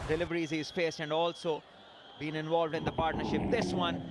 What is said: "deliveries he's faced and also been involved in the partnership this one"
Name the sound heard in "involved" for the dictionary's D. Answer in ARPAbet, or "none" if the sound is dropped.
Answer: D